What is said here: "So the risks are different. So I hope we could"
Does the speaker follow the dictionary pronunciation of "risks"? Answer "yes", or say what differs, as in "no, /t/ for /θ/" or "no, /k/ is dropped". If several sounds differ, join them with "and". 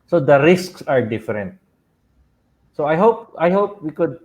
yes